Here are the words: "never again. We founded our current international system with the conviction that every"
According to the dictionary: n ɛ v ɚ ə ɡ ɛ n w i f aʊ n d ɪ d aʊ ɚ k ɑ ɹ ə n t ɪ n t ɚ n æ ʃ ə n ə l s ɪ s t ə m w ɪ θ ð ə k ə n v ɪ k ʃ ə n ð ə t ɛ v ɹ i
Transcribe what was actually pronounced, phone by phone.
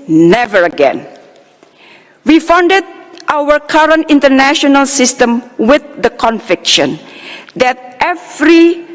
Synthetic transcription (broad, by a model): n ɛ v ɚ ə ɡ ɛ n w i f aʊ n d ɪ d aʊ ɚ k ɑ ɹ ə n t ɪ n t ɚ n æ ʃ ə n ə l s ɪ s t ə m w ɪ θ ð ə k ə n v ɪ k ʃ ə n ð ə t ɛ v ɹ i